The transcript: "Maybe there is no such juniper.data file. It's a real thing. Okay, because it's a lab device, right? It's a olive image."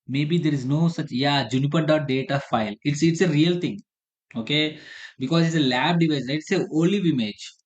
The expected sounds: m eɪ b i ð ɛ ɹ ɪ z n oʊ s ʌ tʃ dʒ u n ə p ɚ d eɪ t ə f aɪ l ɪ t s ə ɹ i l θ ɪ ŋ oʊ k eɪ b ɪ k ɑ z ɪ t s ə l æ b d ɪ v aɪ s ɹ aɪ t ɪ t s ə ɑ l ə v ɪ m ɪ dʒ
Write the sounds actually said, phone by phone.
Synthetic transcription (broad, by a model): m eɪ b i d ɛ ɹ ɪ z n oʊ s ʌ tʃ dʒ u n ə p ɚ d eɪ t ə f aɪ l ɪ t s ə ɹ i l t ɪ ŋ oʊ k eɪ b ɪ k ɑ z ɪ t s ə l æ b d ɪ v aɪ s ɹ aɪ ɪ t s ə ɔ l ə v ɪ m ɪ dʒ